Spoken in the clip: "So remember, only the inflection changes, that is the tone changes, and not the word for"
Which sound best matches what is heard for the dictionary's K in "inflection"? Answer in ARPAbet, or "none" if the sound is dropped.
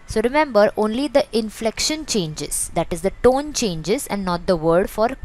K